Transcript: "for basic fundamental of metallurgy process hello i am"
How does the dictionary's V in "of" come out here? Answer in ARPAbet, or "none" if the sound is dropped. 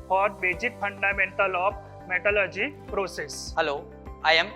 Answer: P